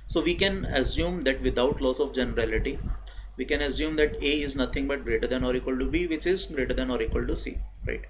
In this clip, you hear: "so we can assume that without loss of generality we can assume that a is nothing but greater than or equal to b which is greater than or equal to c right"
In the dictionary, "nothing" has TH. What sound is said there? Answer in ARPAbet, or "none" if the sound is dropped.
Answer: T